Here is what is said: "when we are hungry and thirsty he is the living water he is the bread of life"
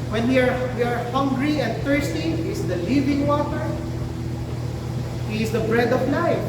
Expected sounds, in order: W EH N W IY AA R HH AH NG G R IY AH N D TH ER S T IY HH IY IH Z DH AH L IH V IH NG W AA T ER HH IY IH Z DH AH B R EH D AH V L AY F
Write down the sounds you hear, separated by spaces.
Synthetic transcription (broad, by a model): W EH N W IY AA R HH AH NG G R IY AH N D T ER S T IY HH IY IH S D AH L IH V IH NG W AA T ER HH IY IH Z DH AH B R EH D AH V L AY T